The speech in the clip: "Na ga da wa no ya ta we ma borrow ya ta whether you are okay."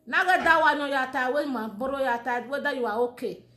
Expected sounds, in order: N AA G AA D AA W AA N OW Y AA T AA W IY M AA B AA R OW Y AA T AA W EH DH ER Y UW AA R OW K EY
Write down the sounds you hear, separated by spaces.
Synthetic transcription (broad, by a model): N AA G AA D AA W AA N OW Y AA T AA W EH M AA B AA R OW Y AA T AA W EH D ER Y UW AA W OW K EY